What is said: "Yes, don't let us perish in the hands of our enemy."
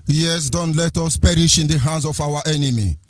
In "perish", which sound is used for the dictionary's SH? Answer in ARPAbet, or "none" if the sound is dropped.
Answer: SH